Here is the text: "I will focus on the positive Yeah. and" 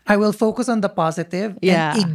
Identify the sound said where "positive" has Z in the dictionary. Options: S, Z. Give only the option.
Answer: Z